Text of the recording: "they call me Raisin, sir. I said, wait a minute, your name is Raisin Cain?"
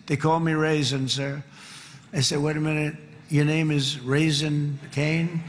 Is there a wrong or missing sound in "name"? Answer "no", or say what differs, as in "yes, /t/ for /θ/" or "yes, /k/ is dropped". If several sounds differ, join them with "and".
no